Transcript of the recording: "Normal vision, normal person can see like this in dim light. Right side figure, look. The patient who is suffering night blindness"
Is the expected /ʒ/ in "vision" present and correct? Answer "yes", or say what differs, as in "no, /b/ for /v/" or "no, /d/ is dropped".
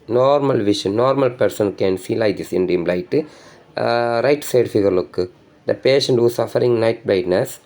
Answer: no, /ʃ/ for /ʒ/